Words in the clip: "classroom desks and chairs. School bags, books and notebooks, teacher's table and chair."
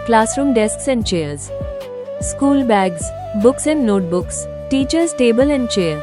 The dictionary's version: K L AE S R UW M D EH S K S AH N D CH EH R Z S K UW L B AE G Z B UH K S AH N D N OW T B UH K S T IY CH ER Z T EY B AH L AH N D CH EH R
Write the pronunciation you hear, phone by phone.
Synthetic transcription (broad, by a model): K L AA S R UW M D EH S K S AH N D CH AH R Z S K UW L B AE G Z B UH K S AH N D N OW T B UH K S T IY CH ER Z T EY B AH L AH N D CH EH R